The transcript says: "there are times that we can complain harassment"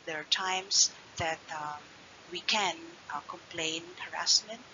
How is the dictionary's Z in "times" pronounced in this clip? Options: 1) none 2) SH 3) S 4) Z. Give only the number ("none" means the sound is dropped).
3